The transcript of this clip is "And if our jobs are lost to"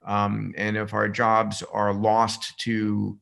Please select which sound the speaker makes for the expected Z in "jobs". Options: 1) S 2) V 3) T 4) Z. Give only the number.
4